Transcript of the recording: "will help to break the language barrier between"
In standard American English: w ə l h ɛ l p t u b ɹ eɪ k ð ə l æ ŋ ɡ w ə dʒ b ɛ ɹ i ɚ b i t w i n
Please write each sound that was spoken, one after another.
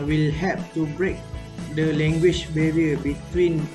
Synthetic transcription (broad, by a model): w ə l h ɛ p t u b ɹ eɪ k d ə l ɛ ŋ ɡ w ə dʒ b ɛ ɹ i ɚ b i t w i n